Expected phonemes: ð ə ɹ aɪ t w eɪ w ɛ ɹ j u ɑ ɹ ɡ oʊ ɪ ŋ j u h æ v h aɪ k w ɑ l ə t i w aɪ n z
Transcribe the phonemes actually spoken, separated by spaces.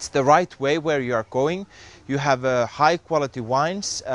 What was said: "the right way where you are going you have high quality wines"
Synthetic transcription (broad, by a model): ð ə ɹ aɪ t w eɪ w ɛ ɹ j u ɑ ɹ ɡ oʊ ɪ ŋ j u h æ v h aɪ k w ɑ l ə t i w aɪ n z